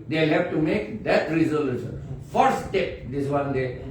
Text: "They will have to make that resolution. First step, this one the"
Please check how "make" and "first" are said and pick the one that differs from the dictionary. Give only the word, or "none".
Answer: first